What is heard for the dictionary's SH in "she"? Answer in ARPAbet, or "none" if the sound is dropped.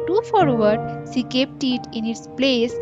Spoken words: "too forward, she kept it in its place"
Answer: S